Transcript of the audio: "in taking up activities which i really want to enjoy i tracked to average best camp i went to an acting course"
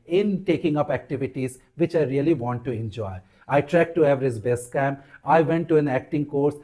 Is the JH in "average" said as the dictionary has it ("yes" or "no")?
no